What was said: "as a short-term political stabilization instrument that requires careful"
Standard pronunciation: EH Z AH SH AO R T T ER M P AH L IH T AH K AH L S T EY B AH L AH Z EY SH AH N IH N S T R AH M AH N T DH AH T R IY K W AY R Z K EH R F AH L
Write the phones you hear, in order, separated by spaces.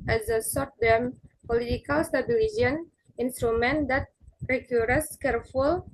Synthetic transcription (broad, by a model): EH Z AH S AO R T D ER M P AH L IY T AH K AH L S T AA B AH L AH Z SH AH N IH N S T R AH M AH N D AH T R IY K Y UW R S K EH R F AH L